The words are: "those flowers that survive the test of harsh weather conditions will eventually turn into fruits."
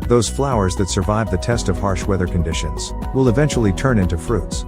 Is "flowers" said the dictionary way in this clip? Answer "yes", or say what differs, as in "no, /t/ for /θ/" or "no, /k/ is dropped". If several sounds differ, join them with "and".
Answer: yes